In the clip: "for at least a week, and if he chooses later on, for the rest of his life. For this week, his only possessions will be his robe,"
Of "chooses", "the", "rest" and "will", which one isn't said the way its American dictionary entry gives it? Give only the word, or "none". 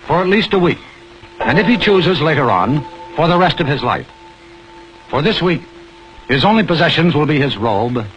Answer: none